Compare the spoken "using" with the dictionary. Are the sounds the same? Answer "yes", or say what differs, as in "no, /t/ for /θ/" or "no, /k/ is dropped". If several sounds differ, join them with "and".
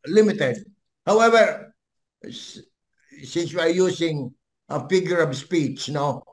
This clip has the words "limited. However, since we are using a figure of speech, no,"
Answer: no, /s/ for /z/